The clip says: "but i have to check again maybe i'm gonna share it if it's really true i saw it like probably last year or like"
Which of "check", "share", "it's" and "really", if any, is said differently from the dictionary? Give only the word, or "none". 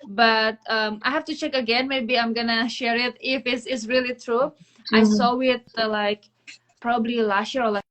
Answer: it's